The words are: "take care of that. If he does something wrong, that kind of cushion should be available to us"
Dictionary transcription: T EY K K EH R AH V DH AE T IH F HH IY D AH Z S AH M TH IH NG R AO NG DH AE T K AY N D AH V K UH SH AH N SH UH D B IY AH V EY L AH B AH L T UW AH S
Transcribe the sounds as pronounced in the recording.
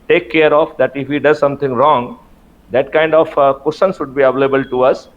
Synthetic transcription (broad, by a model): T EY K K EH R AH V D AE T IH F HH IY D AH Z S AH M T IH NG R AO NG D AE T K AY N D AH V K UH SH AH N S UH D B IY AH V EY L AH B AH L T UW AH S